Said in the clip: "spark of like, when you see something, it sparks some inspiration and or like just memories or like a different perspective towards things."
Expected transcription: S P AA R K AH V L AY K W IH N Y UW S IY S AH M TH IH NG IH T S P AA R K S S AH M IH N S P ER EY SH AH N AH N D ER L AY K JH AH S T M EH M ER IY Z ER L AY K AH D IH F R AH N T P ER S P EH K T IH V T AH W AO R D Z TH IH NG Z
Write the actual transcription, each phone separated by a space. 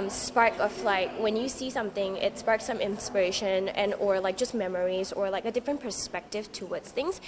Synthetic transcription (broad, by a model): S P AA R K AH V L AY K W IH N Y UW S IY S AH M TH IH NG IH T S P AA R K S S AH M IH N S P ER EY SH AH N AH N ER L AY K JH AH S T M EH M ER IY Z ER L AY K AH D IH F R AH N P ER S P EH K T IH V T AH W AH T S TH IH NG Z